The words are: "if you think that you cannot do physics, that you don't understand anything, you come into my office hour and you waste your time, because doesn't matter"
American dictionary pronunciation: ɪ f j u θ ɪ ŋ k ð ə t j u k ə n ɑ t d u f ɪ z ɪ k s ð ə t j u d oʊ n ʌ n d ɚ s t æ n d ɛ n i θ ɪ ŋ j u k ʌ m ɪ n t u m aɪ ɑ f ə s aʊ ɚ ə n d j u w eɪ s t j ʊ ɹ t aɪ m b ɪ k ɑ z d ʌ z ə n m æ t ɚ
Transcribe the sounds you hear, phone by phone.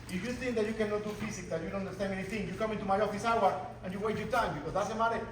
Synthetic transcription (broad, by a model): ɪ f j u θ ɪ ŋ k ð ə t j u k ə n ɑ t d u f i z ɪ k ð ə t j u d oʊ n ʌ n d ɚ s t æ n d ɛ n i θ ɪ ŋ j u k ʌ m ɪ n t u m aɪ ɑ f ə s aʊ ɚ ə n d j u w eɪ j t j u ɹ t aɪ m b ɪ k ɑ z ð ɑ s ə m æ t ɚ